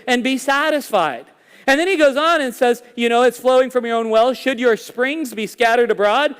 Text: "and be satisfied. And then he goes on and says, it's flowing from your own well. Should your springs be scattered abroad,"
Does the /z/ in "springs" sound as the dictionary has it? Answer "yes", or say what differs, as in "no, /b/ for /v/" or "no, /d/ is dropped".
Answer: yes